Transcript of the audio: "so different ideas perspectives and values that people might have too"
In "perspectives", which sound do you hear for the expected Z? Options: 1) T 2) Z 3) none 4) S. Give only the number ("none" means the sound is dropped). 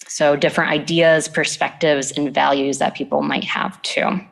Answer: 2